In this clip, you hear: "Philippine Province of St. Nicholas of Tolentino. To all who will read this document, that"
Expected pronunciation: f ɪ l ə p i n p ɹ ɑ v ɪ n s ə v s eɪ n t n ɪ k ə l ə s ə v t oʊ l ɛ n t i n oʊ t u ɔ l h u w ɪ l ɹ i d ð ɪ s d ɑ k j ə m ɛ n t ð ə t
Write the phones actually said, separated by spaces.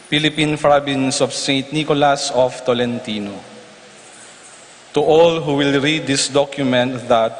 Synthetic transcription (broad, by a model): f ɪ l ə p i n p ɹ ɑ b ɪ n s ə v s eɪ n t n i k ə l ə s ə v t oʊ l ɛ n t i n oʊ t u ɔ l h u w ɪ l ɹ i d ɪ s d ɑ k j ə m ɛ n t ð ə t